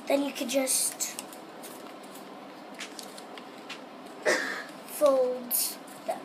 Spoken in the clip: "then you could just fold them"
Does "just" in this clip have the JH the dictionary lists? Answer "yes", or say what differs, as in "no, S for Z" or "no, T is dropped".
yes